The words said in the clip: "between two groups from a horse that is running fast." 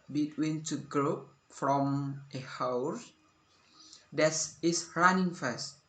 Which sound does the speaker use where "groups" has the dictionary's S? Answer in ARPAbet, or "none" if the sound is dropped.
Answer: none